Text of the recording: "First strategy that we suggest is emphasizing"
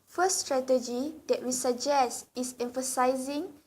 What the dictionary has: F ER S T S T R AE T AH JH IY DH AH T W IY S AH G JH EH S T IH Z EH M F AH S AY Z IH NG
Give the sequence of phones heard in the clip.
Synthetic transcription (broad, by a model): F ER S S T R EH T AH JH IY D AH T W IY S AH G JH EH S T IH S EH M F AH S AY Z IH NG